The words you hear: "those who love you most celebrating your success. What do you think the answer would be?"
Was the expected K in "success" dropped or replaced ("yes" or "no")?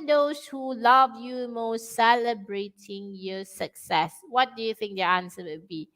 no